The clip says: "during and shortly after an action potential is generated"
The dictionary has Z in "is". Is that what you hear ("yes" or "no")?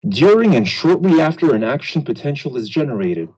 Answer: yes